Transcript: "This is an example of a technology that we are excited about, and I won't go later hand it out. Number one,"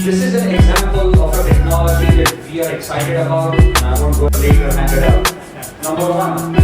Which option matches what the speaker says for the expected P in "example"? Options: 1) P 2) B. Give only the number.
1